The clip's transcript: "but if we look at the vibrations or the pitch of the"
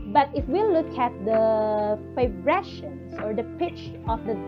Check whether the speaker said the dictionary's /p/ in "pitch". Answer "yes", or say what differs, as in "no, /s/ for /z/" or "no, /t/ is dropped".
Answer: yes